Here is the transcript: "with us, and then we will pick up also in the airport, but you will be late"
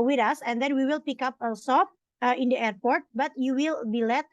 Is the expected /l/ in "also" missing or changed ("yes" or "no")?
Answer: yes